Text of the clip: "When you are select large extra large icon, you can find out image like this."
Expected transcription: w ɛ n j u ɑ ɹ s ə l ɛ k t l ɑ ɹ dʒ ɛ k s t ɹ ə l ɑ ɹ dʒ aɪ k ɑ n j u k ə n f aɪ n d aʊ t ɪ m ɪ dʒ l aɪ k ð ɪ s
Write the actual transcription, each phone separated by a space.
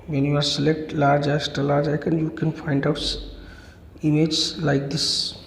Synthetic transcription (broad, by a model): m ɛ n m ɑ ɹ s ə l ɛ k t l ɑ ɹ dʒ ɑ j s t ə l ɑ ɹ dʒ aɪ k ɑ n j u k ə n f aɪ n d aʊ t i m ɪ dʒ l aɪ k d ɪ s